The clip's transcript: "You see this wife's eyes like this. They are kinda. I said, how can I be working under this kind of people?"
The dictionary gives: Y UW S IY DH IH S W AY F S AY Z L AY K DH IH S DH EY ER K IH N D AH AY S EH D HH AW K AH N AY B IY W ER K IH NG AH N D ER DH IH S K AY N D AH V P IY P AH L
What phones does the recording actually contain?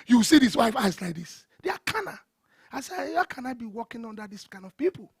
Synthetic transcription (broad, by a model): Y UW S IY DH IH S W AY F AY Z L AY K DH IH S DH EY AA K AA N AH AY S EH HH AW K AH N AY B IY W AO K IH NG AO N D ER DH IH S K AY N D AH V P IY P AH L